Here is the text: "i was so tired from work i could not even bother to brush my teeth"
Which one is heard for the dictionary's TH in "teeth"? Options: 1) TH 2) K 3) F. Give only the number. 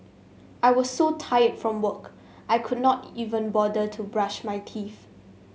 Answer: 3